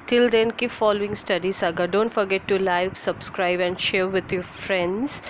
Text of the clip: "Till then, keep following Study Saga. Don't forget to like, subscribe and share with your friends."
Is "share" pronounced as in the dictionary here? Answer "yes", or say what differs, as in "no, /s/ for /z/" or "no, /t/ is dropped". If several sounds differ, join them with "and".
yes